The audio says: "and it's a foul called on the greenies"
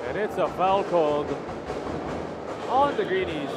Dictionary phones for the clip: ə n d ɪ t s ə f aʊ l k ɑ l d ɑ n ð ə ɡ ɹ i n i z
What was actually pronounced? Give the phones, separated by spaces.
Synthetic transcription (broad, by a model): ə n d ɪ t s ə f aʊ l k ɑ l d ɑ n ð ə ɡ ɹ i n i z